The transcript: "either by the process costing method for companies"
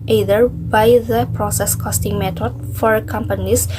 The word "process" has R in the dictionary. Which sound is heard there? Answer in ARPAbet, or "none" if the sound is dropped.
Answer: R